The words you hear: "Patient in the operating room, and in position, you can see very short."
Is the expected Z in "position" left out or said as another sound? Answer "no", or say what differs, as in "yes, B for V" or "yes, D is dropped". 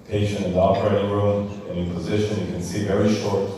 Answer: no